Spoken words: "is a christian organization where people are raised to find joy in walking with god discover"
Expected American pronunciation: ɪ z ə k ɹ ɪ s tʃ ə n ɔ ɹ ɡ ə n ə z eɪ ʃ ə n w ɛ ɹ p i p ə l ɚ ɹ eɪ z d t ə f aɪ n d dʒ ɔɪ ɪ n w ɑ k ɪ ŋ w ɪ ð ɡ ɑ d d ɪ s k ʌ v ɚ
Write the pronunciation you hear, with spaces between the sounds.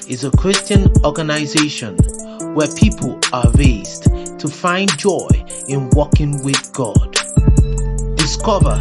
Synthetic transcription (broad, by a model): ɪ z ə k ɹ ɪ s tʃ ə n ɔ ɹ ɡ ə n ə z eɪ ʃ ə n w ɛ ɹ p i p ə l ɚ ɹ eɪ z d t ə f aɪ n dʒ ɔɪ ɪ n w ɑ k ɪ ŋ w ɪ ð ɡ ɑ d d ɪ s k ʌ v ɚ